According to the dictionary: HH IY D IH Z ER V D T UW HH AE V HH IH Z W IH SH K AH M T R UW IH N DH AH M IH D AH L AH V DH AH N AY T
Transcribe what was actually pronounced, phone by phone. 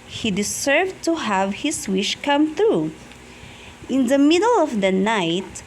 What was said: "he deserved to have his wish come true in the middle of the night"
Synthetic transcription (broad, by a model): HH IY D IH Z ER V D T UW HH AE V HH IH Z W IH SH K AH M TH R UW IH N DH AH M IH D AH L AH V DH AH N AY T